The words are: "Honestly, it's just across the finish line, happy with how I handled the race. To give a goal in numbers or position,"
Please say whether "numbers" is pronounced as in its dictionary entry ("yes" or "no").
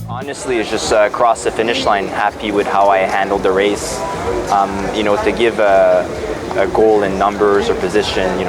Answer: yes